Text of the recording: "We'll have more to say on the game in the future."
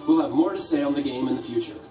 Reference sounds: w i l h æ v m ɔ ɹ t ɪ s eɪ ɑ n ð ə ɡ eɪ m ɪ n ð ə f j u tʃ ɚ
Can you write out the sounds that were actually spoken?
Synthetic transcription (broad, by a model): w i l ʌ v m ɔ ɹ t ɪ s eɪ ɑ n ð ə ɡ eɪ m ɪ n ð ə f j u tʃ ɚ